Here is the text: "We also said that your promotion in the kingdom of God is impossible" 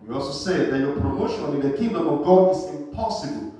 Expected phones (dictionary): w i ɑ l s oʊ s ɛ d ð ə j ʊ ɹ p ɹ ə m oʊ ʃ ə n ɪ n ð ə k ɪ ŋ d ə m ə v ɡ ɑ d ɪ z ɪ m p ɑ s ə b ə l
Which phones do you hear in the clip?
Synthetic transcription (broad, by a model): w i ɑ l s oʊ s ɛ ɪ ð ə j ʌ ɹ p ɹ ə m oʊ ʃ ə n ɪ l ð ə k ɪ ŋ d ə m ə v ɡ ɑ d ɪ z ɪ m p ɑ s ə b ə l